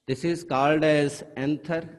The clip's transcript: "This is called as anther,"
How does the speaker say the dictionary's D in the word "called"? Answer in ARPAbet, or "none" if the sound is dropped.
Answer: D